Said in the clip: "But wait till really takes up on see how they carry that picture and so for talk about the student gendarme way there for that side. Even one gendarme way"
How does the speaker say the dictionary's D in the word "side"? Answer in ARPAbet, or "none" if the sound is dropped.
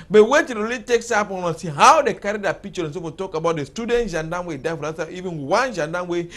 none